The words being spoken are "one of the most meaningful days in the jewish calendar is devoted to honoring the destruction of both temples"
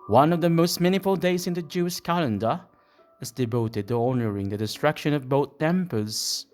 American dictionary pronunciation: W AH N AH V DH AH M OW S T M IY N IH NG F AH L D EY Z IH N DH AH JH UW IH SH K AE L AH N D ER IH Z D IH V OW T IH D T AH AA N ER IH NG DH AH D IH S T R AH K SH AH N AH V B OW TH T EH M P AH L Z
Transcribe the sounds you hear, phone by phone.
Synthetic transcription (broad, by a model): W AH N AH V DH AH M OW S T M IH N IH F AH L D EY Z IH N DH AH JH UW IH SH K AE L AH N D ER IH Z D IH V OW T IH D T AH AA N ER IH NG DH AH D IH S T R AH K SH AH N AH V B OW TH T EH M P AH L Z